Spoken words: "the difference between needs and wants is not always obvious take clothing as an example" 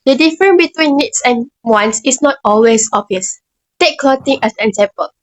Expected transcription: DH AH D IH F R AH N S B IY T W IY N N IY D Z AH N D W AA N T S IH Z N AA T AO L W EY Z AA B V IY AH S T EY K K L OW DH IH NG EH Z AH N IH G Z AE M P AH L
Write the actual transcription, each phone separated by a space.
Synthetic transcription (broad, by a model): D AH D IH F R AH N B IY T W IY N N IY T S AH N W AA N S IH S N AA T AO L W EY S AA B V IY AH S T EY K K L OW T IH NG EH S AH N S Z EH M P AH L